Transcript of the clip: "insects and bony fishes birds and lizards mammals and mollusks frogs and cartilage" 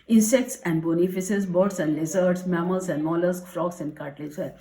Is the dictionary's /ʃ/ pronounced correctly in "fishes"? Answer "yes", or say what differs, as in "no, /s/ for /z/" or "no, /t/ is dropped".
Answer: no, /s/ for /ʃ/